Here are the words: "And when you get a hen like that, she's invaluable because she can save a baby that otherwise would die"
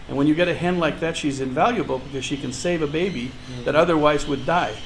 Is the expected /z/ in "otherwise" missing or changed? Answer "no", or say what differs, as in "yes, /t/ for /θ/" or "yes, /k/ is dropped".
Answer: no